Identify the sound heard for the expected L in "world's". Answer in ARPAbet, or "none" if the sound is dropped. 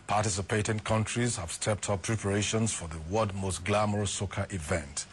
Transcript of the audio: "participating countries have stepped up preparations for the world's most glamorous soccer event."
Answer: none